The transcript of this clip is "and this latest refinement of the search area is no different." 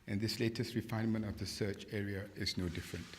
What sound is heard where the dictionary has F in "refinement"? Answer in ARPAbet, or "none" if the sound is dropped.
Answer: F